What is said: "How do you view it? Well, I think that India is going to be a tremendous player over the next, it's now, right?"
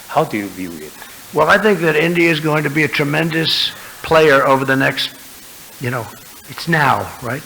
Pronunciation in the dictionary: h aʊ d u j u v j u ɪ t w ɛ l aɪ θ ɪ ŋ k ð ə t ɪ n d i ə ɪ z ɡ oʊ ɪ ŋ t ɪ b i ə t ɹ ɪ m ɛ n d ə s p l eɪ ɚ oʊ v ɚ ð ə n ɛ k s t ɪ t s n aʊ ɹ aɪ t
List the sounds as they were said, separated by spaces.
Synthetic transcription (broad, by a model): h aʊ d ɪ j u v j u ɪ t w ɛ l aɪ θ ɪ ŋ k ð ə t ɪ n d i ə ɪ z ɡ oʊ ɪ ŋ t ɪ b i ə t ɹ ɪ m ɛ n d ə s p l eɪ ɚ oʊ v ɚ ð ə n ɛ k s t ɪ t s n aʊ ɹ aɪ t